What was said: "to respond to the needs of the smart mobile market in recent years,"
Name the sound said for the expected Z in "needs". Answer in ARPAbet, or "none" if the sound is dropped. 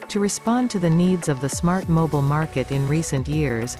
Z